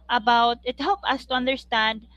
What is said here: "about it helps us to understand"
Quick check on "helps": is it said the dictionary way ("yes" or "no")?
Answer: no